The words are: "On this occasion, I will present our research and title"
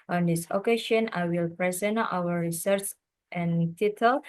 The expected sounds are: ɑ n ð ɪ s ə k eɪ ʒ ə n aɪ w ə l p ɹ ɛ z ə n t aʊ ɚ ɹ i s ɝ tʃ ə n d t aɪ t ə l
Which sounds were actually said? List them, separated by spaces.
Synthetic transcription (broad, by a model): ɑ n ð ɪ s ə k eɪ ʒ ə n aɪ w ə l p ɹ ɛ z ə n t aʊ ɚ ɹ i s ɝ s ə n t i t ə l